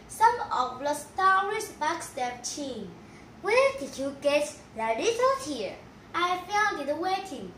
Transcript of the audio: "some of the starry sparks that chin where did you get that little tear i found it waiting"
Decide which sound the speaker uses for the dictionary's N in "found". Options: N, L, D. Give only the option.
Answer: L